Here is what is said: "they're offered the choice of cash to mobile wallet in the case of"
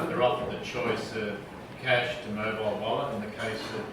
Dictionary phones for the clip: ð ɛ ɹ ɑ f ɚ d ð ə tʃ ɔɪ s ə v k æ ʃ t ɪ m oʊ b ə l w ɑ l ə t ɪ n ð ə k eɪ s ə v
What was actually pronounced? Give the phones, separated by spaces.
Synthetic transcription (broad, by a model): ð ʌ ɹ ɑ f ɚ ð ə tʃ ɔɪ s ə v k æ ʃ t ɪ m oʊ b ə l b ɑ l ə ɪ n ð ə k eɪ s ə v